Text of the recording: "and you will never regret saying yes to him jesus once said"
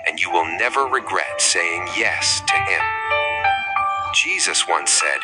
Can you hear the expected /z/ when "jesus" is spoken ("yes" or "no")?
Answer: yes